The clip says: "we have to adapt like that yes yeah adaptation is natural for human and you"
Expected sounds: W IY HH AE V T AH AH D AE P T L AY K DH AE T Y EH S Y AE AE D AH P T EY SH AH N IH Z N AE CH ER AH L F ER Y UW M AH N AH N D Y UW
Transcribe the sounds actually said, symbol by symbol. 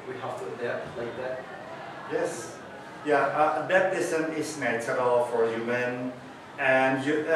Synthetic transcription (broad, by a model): W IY HH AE F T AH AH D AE L AY K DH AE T Y EH S Y AE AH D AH T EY S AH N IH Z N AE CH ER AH L F ER Y UW M AH N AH N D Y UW